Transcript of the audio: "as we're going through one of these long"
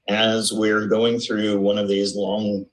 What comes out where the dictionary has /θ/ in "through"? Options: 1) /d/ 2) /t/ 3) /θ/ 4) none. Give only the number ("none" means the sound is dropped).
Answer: 3